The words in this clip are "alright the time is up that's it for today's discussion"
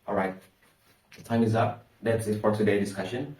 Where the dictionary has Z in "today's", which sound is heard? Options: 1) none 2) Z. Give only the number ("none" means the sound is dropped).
1